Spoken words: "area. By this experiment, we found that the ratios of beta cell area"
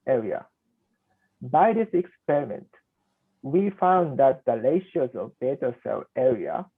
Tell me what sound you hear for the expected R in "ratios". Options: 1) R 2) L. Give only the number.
2